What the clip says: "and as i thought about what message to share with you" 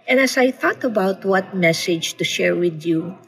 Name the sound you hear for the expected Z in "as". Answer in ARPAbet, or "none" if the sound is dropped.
S